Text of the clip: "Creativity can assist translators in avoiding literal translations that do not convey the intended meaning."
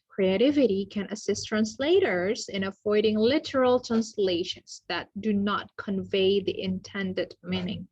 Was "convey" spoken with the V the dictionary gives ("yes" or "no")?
yes